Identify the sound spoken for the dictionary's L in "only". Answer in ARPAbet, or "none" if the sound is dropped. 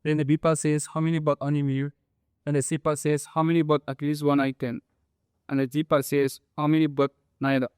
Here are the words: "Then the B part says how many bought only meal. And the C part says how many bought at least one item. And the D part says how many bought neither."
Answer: none